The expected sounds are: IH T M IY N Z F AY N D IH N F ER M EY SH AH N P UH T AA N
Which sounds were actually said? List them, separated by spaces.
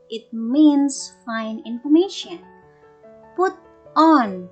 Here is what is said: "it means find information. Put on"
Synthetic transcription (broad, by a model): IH T M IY N S F AY N IH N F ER M EY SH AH N P UH T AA N